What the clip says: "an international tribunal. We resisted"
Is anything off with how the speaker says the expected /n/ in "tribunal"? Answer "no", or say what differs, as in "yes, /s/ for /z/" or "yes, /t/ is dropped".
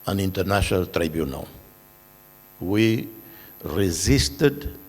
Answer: no